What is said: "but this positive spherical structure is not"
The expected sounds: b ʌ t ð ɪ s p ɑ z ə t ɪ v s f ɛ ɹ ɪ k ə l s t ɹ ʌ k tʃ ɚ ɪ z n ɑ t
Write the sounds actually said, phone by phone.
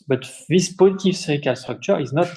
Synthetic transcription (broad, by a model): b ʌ t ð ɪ s p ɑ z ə t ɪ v s ɛ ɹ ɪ k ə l s t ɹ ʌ k tʃ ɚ ɪ z n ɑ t